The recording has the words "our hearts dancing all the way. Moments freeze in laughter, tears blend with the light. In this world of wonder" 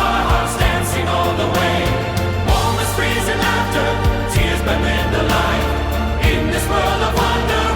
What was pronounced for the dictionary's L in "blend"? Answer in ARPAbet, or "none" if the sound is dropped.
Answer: none